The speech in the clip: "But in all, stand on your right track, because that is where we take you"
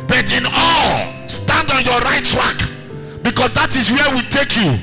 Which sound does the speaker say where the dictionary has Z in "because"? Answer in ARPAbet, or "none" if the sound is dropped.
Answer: S